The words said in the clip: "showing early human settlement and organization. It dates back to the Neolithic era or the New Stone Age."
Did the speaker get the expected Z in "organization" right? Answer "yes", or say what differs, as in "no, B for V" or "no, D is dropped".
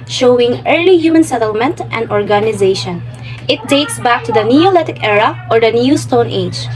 yes